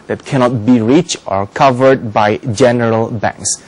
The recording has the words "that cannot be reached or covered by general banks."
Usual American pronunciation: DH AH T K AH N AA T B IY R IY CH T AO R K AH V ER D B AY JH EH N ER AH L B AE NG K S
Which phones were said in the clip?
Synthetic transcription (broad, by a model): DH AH T K AH N AA T B IY R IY CH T AO R K AH V ER D B AY JH EH N ER AH L B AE NG K S